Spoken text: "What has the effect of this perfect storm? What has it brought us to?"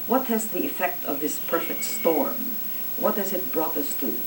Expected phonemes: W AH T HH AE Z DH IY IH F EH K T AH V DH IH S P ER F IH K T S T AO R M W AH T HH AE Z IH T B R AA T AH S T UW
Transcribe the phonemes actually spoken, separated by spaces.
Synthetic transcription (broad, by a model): W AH T HH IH Z DH IY IH F EH K T AH V DH IH S P ER F IH K T S T AO R M W AH T HH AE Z IH T B R AA T AH S T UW